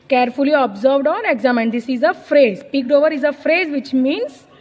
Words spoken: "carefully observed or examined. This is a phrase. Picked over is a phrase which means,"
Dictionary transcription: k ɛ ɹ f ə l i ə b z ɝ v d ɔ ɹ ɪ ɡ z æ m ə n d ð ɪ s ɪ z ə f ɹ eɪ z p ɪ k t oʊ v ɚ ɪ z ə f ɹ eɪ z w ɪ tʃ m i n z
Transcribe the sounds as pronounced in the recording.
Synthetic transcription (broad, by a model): k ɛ ɹ f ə l i ə b z ɝ v d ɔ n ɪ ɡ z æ m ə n d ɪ s ɪ z ə f ɹ eɪ z p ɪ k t oʊ v ɚ ɪ z ə f ɹ eɪ z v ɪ tʃ m i n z